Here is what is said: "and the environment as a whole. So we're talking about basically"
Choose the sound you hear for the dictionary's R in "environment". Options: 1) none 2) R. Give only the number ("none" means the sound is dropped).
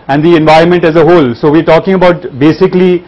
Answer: 2